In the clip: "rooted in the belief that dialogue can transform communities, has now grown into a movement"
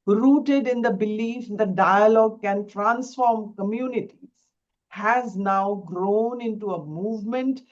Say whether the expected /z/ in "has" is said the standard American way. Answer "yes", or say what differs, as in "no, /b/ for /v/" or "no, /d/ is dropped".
yes